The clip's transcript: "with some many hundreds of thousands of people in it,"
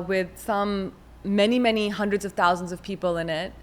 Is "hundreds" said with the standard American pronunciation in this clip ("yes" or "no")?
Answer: yes